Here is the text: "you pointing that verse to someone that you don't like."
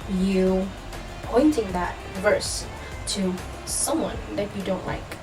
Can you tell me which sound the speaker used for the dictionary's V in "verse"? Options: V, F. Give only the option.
V